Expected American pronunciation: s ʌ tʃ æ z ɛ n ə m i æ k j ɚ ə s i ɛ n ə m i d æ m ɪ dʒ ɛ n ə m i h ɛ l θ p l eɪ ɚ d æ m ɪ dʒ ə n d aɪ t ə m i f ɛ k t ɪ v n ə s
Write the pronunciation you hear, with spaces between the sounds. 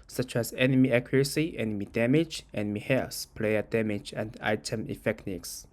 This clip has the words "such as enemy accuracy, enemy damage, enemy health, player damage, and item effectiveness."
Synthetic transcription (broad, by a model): s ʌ tʃ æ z ɛ n ə m i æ k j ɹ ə s i ɛ n ə m i d æ m ɪ dʒ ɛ n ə m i h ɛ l s p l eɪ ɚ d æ m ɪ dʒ ə n d aɪ t ə m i f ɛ k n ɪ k s